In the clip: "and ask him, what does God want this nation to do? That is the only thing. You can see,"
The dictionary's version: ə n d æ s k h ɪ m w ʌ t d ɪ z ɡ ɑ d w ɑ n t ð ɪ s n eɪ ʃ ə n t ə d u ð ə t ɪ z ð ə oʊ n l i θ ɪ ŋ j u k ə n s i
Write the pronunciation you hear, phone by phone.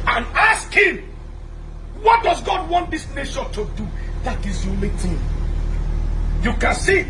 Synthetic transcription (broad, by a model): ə n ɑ s k h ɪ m w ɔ t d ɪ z ɡ ɑ d w ɑ n t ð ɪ s n eɪ ʃ ə n t ə d u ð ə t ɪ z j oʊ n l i t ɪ j u k ə n s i